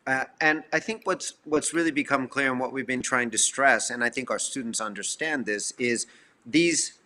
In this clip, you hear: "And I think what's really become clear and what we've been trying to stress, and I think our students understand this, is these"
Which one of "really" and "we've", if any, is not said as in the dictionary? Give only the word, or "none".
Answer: none